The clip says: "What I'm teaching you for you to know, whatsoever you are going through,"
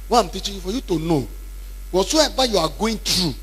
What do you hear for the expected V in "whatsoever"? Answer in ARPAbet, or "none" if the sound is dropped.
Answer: B